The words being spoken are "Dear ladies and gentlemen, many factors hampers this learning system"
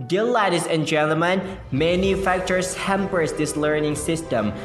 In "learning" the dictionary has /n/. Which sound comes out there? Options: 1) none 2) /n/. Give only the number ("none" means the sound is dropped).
2